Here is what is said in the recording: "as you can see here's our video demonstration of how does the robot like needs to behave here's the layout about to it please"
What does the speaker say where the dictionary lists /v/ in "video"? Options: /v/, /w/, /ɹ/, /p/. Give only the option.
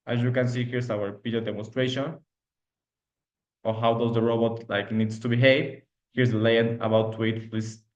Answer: /p/